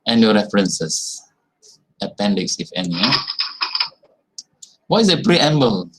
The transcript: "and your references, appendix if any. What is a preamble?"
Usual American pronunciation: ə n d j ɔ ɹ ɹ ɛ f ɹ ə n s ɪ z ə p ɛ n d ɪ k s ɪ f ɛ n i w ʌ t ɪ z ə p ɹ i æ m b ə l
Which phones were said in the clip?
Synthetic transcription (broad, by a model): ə n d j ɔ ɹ ɹ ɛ f ɹ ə n s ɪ s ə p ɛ n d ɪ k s ɪ f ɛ n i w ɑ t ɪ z ə p ɹ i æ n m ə l